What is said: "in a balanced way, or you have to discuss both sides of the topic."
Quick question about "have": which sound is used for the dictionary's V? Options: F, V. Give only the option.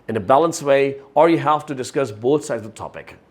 F